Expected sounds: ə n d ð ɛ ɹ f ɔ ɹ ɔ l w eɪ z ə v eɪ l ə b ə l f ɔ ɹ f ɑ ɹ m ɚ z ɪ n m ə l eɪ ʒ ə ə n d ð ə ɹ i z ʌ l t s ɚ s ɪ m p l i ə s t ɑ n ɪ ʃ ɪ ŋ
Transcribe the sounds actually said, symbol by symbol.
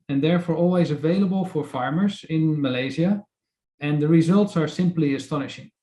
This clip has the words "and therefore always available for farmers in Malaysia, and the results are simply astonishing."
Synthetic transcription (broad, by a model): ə n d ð ɛ ɹ f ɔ ɹ ɔ l w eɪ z ə v eɪ l ə b ə l f ɔ ɹ f ɑ ɹ m ɚ z ɪ n m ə l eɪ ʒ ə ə n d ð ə ɹ i z ʌ l t s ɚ s ɪ m p l i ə s t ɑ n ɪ ʃ ɪ ŋ